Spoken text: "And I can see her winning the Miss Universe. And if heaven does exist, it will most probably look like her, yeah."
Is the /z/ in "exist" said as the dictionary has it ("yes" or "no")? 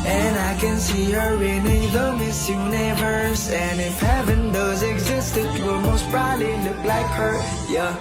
yes